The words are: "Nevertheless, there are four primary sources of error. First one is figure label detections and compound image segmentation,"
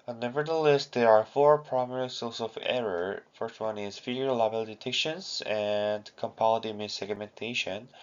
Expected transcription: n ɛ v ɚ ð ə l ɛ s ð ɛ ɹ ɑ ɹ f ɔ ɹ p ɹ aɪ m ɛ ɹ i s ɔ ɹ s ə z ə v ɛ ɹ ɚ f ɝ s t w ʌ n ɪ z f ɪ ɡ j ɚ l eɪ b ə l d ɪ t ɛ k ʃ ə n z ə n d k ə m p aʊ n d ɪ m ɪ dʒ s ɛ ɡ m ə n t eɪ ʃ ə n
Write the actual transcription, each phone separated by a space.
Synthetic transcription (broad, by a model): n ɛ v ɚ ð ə l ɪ s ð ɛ ɹ ɑ ɹ f ɔ ɹ p ɹ aɪ m ɛ ɹ i s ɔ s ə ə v ɛ ɹ ɚ f ɝ s t w ʌ n ɪ z f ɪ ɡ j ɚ l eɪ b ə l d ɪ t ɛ k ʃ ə n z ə n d k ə m p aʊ l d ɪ m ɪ s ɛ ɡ m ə n t eɪ ʃ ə n